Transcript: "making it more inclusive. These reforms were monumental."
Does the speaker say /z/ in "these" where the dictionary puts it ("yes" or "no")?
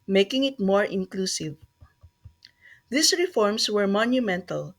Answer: no